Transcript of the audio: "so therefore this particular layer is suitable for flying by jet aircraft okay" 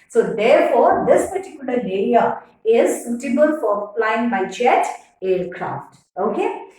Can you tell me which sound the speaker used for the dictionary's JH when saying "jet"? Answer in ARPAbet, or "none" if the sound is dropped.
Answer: CH